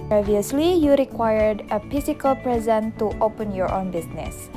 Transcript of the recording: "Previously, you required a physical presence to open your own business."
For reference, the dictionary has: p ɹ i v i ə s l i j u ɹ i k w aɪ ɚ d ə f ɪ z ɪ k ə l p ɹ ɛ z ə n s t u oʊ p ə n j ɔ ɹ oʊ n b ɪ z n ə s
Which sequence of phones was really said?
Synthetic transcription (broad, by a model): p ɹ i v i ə s l i j u ɹ i k w aɪ ɚ d ə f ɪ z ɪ k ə l p ɹ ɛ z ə n t u oʊ p ə n j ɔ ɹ oʊ n b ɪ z n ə s